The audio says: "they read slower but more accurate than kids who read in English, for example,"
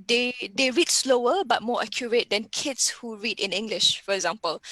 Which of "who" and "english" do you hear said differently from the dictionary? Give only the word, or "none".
none